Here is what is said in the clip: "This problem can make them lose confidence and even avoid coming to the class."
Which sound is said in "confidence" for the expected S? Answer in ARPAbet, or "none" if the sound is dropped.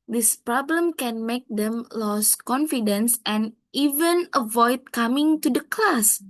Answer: S